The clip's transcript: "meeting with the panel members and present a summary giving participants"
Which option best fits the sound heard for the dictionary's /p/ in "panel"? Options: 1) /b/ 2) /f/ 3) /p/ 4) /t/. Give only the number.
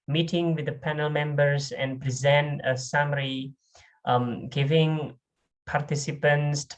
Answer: 3